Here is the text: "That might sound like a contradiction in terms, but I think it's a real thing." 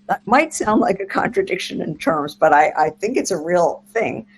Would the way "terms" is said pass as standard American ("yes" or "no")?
yes